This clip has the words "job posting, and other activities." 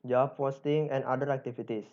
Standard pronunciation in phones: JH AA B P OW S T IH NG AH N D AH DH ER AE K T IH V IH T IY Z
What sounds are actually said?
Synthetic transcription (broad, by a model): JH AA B F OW S T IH NG AH N D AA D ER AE K T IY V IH T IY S